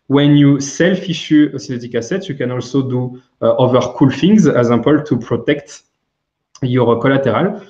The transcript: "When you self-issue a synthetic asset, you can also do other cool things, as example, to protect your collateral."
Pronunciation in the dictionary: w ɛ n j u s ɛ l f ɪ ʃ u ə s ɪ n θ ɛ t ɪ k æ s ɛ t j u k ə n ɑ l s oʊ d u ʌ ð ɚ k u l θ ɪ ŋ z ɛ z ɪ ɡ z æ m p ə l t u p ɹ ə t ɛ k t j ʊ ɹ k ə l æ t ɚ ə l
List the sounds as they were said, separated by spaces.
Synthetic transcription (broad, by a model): w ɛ n j u s ɛ l f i ʃ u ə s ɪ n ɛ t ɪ k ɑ s ɛ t j u k ə n ɑ l s oʊ d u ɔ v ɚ k u l f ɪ ŋ z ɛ z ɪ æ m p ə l t u p ɹ ə t ɛ k t j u ɹ k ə l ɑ t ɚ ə l